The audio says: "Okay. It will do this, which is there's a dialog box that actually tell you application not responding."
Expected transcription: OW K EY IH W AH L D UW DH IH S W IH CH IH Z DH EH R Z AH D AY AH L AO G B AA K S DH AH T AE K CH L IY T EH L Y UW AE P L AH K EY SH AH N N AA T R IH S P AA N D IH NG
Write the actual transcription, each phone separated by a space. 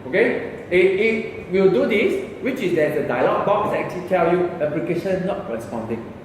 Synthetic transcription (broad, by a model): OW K EY IH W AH W D UW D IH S W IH CH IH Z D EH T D AH D AY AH L AO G B AA K S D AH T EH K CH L IY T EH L Y UW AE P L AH K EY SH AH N N AA T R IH S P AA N D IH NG